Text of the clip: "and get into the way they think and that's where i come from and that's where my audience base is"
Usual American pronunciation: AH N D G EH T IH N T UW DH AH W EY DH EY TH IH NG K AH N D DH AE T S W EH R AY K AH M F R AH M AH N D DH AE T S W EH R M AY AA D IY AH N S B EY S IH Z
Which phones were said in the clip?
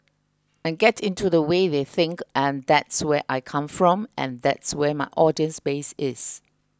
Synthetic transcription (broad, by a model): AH N G EH T IH N T UW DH AH W EY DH EY TH IH NG K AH N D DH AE T S W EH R AY K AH M F R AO M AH N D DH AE T S W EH M AY AA D IY AH N S B EY S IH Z